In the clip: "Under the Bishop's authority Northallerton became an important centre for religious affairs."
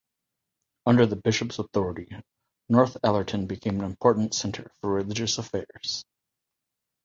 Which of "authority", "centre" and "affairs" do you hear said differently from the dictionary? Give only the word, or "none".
none